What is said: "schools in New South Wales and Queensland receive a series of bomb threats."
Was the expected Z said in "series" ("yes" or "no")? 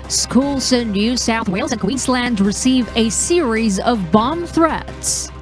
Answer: yes